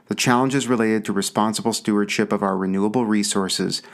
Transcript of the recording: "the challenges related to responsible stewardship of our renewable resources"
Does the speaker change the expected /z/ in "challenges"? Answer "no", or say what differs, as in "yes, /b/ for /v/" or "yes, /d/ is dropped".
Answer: no